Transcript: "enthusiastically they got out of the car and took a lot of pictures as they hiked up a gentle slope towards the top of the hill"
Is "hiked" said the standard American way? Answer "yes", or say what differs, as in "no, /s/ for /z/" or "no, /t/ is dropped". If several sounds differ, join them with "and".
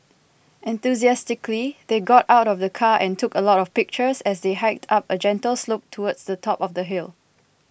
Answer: yes